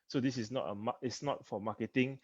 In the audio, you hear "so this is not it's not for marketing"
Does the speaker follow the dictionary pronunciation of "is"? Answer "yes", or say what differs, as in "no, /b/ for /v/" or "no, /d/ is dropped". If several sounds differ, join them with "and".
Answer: no, /s/ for /z/